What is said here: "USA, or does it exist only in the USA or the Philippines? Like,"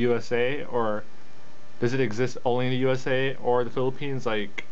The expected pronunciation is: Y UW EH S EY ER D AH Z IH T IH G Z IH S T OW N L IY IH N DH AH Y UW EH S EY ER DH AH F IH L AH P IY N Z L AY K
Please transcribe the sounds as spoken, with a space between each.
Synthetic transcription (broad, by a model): Y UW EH S EY ER D AH Z IH T IH G Z IH S T OW N L IY IH N DH AH Y UW EH S EY ER DH AH F IH L AH P IY N Z L AY K